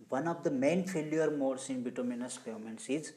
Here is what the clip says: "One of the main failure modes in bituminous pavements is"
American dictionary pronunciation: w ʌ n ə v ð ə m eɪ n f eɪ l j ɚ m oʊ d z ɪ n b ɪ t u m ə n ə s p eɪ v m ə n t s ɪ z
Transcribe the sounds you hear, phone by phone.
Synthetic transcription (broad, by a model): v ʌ n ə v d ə m eɪ n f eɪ l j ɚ m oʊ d s ɪ n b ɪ t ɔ m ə n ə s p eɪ m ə n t s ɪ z